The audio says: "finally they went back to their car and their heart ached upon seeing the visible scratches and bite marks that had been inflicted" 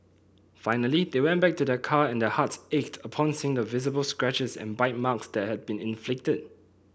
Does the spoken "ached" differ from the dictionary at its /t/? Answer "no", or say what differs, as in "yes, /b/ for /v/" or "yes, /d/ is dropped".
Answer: no